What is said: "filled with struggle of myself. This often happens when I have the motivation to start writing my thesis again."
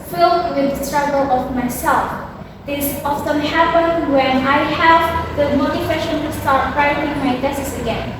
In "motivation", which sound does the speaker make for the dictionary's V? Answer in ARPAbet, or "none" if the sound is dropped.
W